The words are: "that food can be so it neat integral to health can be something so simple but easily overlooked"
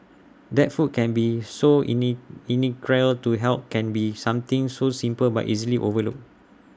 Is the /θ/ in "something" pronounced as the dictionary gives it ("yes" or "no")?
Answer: no